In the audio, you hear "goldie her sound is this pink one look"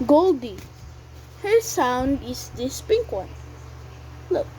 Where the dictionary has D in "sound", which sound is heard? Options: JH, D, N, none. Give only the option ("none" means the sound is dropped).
D